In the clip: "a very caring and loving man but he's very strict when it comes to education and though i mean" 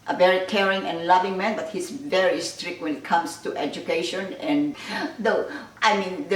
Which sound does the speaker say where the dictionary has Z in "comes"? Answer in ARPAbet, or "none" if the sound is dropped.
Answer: S